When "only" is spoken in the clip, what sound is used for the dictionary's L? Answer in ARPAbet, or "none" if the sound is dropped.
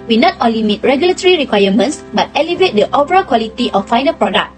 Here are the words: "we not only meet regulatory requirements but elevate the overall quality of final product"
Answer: L